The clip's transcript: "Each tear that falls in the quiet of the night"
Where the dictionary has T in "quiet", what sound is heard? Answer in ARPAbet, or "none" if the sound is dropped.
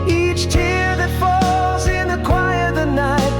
none